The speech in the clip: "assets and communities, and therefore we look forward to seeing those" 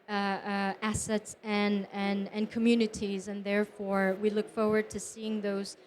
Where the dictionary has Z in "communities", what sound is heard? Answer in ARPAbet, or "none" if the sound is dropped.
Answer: Z